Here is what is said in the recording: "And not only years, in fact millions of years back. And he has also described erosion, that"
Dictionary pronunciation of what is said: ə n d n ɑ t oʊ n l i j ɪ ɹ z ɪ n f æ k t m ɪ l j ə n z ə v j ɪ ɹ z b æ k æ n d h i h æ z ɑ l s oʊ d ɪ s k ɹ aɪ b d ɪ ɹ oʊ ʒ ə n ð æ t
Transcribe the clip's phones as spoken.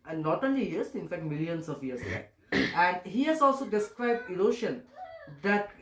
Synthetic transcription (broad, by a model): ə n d n ɑ t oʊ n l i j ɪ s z ɪ n f æ k t m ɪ l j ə n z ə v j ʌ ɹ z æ æ n d h i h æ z ɑ l s oʊ d ɪ s k ɹ aɪ b d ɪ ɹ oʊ ʃ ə n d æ t